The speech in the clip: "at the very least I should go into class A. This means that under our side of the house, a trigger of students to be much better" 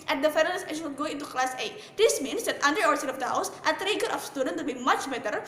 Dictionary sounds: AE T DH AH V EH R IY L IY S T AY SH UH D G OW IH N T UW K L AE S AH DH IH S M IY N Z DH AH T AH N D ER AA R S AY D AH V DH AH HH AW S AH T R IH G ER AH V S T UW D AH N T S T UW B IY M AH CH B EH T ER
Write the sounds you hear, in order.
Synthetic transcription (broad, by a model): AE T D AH F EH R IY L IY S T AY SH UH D G OW IH N T UW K L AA S AH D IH S M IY N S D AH T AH N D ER AA R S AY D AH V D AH HH AW S AH T R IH G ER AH F S T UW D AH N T T UW B IY M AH CH B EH T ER